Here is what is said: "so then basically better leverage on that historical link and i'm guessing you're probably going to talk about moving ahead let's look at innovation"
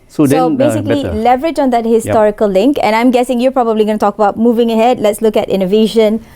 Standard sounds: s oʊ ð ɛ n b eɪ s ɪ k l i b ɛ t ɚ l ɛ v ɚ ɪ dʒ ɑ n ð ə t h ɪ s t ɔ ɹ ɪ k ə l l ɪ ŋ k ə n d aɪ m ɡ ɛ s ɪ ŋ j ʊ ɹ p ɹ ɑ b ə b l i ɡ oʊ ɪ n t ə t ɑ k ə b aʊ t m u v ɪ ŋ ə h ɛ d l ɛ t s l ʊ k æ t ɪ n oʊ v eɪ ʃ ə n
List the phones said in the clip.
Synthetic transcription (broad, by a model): s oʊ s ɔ b eɪ s ɪ k l i l ɛ v ɚ ɪ dʒ ɑ n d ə t h ɪ s t ɔ ɹ ɪ k ə l l ɪ ŋ k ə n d aɪ m ɡ ɛ s ɪ ŋ j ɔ p ɹ ɑ b ə b l i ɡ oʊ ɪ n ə t ɑ k ə b aʊ t m u v ɪ ŋ ə h ɛ d l ɛ t s l ʊ k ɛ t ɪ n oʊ v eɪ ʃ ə n